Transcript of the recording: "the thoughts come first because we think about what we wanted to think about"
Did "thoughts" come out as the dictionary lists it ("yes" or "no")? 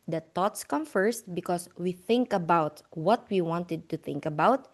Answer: no